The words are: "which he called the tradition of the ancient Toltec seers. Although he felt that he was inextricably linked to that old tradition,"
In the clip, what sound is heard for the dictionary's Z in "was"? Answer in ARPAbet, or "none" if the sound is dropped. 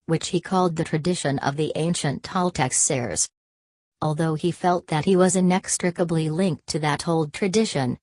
Z